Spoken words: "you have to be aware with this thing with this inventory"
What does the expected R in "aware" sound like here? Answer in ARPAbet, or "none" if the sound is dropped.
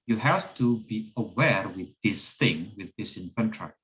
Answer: R